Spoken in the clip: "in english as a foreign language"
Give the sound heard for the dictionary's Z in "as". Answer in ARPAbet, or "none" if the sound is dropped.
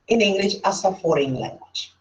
S